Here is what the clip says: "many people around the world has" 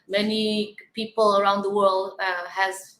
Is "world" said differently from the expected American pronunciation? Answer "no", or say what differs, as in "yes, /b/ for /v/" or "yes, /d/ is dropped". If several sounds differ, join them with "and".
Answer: no